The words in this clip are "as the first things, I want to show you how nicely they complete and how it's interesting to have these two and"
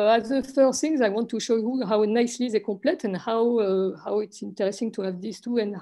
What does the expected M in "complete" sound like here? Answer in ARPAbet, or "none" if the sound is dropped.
none